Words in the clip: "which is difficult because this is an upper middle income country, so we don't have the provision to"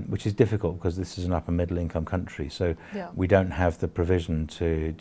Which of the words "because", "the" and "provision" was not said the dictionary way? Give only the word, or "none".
none